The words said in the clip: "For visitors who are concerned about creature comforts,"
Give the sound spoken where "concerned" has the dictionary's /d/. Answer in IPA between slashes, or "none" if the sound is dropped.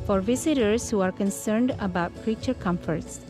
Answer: /d/